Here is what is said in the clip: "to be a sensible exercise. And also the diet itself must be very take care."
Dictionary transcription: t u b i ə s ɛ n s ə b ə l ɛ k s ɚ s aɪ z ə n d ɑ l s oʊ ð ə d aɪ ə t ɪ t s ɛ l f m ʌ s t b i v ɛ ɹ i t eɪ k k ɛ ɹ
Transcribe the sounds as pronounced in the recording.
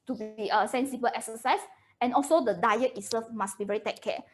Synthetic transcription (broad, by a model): t u b i ə s ɛ n s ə b ə l ɛ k s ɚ s aɪ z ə n ɑ l s oʊ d ə d aɪ ə t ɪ s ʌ f m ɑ s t b i v ɛ ɹ i t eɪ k k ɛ